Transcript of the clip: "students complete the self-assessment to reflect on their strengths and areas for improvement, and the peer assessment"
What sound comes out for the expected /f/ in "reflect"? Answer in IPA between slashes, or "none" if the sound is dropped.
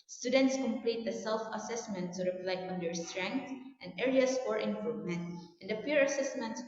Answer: /p/